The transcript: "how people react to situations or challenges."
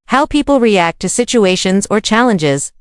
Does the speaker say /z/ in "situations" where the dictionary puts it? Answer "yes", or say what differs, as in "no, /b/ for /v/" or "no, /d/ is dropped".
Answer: yes